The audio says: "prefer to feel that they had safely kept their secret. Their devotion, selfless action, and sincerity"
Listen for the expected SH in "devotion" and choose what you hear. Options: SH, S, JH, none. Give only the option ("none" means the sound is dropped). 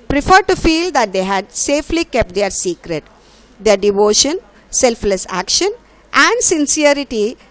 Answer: SH